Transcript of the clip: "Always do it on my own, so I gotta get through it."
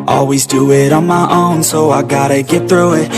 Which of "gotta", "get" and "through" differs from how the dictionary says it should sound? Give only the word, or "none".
none